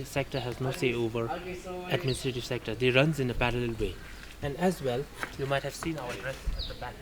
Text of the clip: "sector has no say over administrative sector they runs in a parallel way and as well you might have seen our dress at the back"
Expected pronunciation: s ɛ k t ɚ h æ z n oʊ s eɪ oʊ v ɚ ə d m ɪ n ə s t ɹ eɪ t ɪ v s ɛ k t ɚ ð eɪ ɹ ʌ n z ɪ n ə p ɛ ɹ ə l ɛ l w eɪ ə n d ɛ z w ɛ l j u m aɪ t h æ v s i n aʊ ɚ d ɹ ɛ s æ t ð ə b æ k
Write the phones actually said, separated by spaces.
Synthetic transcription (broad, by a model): s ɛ k t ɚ h æ z n oʊ s eɪ oʊ v ɚ ə d m ɪ n ə s t ɹ eɪ t ɪ v s ɛ k t ɚ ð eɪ ɹ ʌ n z ɪ n ə p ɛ ɹ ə l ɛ l w eɪ ə n d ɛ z w ɛ l j u m aɪ t h æ v s i n aʊ ɚ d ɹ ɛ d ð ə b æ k